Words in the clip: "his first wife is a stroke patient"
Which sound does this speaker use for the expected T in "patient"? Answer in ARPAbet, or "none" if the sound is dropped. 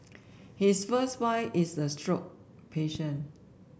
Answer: none